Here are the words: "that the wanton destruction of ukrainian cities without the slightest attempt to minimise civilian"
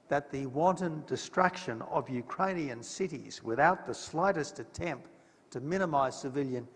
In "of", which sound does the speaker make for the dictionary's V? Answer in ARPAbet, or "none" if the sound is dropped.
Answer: V